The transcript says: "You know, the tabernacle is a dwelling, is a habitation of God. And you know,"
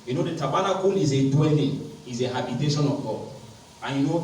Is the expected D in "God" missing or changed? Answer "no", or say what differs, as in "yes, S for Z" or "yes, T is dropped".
yes, D is dropped